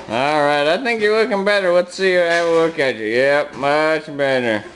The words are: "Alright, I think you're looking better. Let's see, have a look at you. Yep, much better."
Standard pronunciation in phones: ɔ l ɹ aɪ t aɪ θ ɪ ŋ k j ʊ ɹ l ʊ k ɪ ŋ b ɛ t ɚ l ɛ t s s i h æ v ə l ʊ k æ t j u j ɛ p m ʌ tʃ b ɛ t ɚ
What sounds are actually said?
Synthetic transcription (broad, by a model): ɔ l ɹ aɪ t aɪ θ ɪ ŋ k j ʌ ɹ l ʊ k ɪ ŋ b ɛ t ɚ w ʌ t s s i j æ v ə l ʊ k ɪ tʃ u j ɛ p m ʌ tʃ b ɛ t ɚ